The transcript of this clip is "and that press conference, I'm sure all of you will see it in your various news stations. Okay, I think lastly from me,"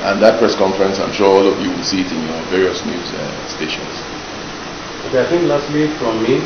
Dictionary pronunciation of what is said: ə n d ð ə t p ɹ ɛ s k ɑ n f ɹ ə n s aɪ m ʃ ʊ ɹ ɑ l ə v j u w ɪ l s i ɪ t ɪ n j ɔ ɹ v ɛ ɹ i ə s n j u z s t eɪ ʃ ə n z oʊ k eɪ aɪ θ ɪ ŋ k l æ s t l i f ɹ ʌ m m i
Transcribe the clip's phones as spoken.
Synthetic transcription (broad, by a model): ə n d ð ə t p ɹ ɛ s k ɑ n f ɹ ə n s aɪ m ʃ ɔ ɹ ɑ l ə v j u w ɪ l s i ɪ t ɪ n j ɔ v ɛ ɹ i ə s n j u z s t eɪ ʃ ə n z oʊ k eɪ aɪ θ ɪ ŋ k l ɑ s t w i f ɹ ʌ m m i